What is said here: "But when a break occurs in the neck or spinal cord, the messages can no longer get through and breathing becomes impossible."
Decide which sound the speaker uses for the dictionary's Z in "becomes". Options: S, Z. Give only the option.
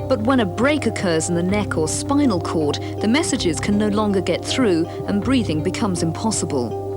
Z